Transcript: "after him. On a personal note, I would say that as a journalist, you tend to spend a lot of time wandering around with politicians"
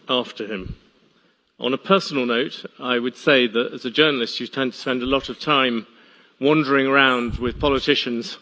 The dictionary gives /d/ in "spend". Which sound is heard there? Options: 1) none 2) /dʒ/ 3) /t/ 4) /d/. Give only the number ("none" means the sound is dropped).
4